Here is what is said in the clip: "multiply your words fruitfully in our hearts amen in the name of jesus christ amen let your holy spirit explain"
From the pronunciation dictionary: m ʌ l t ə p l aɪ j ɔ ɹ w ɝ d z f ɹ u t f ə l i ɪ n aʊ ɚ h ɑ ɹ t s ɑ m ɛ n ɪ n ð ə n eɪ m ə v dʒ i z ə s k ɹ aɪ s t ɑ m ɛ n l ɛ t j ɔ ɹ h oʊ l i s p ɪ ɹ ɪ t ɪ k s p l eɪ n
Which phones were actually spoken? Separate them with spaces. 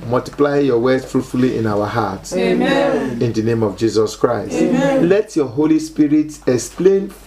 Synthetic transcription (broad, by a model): m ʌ l t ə p l aɪ j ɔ w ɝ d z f ɹ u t f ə l i ɪ n aʊ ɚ h ɑ t ɑ n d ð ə n eɪ m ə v dʒ i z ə s k ɹ aɪ s t l ɛ t j ɔ h oʊ l i s p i ɹ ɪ t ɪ k s p l eɪ n